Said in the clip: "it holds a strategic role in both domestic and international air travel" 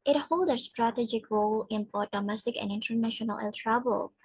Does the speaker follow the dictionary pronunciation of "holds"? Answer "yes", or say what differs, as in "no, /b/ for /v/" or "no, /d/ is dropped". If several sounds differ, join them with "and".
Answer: no, /z/ is dropped